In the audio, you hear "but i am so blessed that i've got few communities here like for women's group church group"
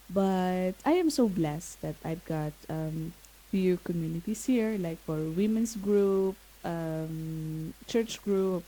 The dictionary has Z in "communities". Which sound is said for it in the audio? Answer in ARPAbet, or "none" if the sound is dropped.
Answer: S